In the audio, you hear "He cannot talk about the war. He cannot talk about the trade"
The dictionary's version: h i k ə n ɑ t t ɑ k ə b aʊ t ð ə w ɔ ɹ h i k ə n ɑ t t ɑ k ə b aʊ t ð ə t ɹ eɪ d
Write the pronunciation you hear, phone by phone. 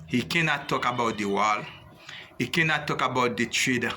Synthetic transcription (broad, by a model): h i k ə n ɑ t t ɑ k ə b aʊ t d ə w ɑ l h i k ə n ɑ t t ɑ k ə b aʊ t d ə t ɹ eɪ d